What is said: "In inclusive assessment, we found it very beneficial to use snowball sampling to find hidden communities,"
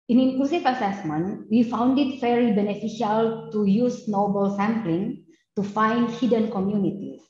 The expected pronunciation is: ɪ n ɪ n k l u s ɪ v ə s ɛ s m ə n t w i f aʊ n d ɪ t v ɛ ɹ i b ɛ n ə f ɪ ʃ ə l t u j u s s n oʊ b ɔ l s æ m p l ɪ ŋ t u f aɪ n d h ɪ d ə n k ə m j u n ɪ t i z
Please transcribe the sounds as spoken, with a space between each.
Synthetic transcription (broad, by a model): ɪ n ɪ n k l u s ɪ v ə s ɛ s m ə n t w i f aʊ n d ɪ t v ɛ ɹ i b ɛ n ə f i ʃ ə l t u j u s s n oʊ b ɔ l s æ m p l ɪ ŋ t u f aɪ n d h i d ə n k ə m j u n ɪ t i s